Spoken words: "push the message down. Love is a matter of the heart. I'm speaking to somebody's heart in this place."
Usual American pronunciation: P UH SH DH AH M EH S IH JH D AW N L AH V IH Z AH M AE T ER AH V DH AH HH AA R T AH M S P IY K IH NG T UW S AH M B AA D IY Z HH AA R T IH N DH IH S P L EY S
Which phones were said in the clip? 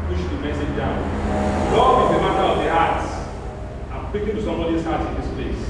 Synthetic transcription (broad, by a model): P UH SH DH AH M EH S IH JH D AW N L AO F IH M AH M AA T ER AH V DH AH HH AA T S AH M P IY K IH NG T UW S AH M B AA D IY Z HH AA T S IH N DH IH S P L EY S